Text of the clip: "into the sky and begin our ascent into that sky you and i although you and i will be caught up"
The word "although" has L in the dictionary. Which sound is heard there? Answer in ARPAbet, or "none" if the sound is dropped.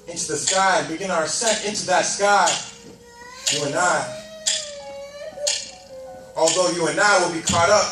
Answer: L